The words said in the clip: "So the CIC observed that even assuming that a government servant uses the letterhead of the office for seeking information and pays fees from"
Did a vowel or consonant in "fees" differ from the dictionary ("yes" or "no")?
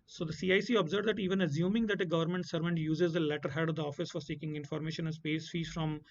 yes